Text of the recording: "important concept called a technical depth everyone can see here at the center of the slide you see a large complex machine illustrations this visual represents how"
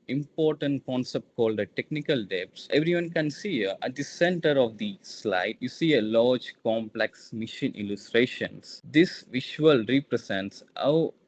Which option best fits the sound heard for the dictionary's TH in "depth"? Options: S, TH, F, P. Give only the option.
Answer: S